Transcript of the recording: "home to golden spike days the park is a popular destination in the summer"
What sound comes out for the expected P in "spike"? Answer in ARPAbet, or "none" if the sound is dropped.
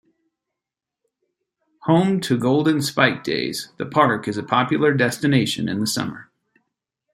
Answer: P